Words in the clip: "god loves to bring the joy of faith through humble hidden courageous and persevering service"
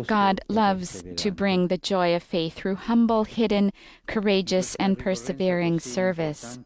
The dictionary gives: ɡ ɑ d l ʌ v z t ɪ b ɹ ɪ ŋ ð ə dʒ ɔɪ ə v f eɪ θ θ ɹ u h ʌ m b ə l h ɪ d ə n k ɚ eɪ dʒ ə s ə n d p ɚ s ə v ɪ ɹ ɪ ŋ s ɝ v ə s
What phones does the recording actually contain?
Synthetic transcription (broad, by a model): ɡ ɑ d l ʌ v z t ɪ b ɹ ɪ ŋ ð ə dʒ ɔɪ ə v f eɪ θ θ ɹ u h ʌ m b l h ɪ d n k ɚ eɪ dʒ ə s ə n p ɚ s ə v ɪ ɹ ɪ ŋ s ɝ v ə s